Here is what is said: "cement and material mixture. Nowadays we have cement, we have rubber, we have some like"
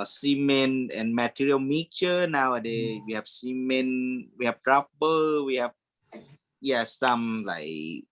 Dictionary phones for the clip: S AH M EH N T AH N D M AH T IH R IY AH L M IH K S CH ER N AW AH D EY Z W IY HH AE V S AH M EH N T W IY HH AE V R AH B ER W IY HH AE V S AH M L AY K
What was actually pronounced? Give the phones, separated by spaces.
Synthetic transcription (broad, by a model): S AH M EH N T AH N M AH T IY R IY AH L M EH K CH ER N AW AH D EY W IY HH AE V S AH M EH N W IY HH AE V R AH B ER W IY HH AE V S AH M L AY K